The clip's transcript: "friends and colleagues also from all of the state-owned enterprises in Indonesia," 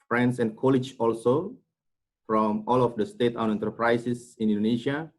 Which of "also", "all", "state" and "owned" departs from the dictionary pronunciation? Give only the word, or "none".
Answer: owned